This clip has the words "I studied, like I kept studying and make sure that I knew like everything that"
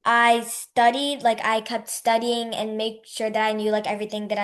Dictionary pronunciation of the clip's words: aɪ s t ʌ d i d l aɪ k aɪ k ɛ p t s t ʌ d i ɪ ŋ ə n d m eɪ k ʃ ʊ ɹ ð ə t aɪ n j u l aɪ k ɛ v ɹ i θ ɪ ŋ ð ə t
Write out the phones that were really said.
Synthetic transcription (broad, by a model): aɪ s t ʌ d i d l aɪ k aɪ k ɛ p t s t ʌ d i ɪ ŋ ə n m eɪ k ʃ ʊ ɹ ð ə t aɪ n j u l aɪ k ɛ v ɹ i θ ɪ ŋ ð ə t